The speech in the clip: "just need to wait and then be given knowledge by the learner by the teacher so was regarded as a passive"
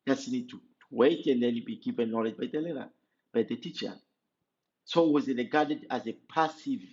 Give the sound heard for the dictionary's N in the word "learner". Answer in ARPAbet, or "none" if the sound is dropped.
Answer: none